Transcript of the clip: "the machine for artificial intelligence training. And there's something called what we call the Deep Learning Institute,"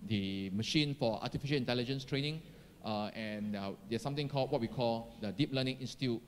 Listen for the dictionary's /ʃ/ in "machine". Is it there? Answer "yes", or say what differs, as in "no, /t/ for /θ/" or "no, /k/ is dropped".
yes